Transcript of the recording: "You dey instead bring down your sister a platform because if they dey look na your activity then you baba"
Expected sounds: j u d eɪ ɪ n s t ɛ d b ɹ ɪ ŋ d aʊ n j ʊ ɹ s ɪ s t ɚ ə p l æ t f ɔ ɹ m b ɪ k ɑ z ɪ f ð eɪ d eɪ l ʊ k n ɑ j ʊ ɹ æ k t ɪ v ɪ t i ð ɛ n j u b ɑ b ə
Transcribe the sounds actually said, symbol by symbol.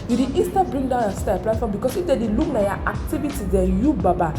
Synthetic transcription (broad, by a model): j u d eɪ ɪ s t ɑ b ɹ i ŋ d aʊ n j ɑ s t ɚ ə p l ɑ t f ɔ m b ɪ k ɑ s ɪ f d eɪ d eɪ l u k n ɑ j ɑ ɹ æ k t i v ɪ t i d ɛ j u b ɑ b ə